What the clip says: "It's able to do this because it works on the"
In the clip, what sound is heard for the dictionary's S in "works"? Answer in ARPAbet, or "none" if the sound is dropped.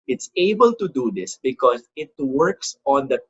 S